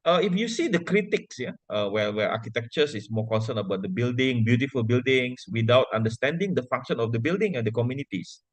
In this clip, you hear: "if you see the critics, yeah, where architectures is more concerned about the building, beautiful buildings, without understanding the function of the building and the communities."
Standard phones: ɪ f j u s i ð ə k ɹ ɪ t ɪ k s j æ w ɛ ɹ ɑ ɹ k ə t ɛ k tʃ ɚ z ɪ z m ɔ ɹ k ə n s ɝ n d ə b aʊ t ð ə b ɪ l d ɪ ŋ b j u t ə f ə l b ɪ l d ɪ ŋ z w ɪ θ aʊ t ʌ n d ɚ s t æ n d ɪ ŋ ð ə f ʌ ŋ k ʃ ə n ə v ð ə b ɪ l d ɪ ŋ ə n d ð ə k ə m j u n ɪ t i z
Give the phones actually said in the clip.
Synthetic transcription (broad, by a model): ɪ f j u s i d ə k ɹ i t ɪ k s j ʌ w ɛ w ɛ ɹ k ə t ɛ k tʃ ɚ s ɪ s m ɔ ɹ k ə n s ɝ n ə b aʊ t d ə b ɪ l d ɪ ŋ b j u t ə f ə l b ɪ l d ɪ ŋ s w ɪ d aʊ t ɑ n d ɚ s t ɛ n d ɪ ŋ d ə f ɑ ŋ k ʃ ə n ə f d ə b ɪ l d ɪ ŋ ə n d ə k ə m j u n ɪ t i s